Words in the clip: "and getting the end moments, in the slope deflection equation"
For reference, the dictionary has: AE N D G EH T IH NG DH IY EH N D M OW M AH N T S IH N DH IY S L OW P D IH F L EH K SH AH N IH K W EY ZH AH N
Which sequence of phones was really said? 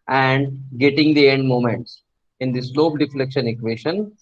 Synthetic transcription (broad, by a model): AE N D G EH T IH NG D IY EH N D M OW M AH N T S IH N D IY S L OW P D IH F L EH K SH AH N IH K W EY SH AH N